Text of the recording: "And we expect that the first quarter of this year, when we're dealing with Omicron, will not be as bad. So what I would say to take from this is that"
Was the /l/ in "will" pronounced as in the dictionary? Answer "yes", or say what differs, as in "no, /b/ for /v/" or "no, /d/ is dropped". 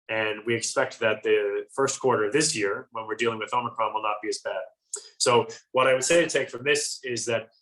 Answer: yes